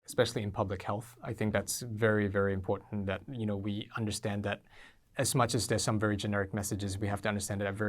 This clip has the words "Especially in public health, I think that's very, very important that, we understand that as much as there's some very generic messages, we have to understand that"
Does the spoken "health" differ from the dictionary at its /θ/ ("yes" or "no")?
no